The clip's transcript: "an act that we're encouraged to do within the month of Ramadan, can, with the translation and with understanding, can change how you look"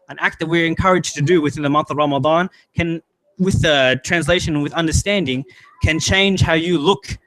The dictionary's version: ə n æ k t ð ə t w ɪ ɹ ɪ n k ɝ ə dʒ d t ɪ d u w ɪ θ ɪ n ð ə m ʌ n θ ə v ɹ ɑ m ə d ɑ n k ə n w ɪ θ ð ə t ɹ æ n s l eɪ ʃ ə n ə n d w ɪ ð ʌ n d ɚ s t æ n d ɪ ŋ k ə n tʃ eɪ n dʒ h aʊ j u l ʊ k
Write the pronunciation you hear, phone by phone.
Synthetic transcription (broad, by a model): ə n æ k t ð ə t w ɪ ɹ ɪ n k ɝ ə dʒ t ɪ d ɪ w ɪ θ ɪ n ð ə m ʌ n θ ə v ɹ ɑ m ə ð ɑ n k ə n w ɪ ð ə t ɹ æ n s l eɪ ə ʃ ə n w ɪ ð ʌ n d ɚ s t æ n d ɪ ŋ k ə n tʃ eɪ n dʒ h aʊ j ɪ l ʊ k